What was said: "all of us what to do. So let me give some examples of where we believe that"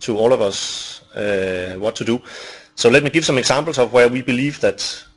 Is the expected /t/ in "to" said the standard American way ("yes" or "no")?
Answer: yes